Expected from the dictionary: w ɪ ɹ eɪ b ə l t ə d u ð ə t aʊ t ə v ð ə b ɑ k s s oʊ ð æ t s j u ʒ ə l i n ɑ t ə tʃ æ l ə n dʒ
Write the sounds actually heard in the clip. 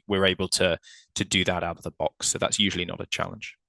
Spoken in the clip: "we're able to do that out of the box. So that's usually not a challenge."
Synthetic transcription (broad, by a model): w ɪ ɹ eɪ b ə l t ə d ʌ ð ə t aʊ t ə v ð ə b ɑ k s s oʊ ð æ t s j u ʒ ə l i n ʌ t ə tʃ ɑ l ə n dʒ